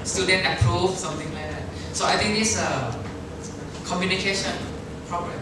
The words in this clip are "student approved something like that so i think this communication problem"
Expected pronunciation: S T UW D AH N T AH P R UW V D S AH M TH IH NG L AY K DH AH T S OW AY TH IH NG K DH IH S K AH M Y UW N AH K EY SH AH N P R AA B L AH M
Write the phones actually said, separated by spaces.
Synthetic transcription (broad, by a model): S T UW D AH N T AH P R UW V S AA M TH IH NG L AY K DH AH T S OW AY T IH NG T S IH K AH M Y UW N AH K EY SH AH N P R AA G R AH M